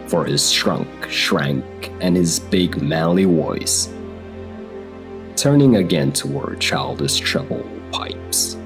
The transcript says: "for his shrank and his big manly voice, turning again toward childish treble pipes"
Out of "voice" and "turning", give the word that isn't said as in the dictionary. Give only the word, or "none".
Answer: voice